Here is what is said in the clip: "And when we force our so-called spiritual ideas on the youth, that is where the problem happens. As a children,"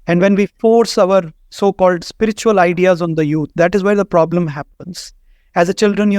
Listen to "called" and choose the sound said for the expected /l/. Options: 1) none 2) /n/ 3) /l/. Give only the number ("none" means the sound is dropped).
3